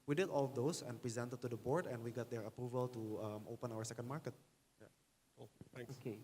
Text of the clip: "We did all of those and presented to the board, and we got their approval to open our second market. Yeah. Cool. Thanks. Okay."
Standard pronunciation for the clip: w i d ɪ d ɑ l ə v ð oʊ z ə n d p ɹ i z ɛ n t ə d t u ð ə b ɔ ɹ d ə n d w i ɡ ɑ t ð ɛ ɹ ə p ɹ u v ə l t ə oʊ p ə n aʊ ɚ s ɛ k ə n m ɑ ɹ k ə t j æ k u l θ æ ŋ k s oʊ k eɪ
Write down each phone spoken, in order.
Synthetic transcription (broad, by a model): w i d ɪ d ɑ l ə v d oʊ s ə n p ɹ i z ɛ n t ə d t u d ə b ɔ ɹ d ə n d w i ɡ ɑ t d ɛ ɹ ə p ɹ u v ə l t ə oʊ p ə n aʊ ɚ s ɛ k ə n m ɑ ɹ k ə t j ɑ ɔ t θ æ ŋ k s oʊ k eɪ